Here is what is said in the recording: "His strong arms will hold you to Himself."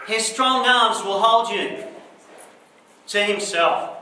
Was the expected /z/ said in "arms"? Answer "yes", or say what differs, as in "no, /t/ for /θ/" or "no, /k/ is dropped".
yes